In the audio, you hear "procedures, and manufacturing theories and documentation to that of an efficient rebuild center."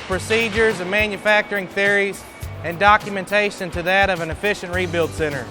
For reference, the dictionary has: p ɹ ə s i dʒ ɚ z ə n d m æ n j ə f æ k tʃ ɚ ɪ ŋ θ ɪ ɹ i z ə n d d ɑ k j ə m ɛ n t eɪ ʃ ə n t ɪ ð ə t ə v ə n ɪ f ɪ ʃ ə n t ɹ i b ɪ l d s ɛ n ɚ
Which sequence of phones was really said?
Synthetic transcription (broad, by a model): p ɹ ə s i dʒ ɚ z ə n m æ n j ə f æ k tʃ ɚ ɪ ŋ θ ɪ ɹ i z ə n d d ɑ k j ə m ɛ n t eɪ ʃ ə n t ɪ ð ə t ə v ə n ɪ f ɪ ʃ ə n t ɹ i b ɪ l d s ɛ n ɚ